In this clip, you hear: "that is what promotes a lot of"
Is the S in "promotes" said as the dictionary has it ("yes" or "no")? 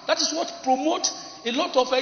no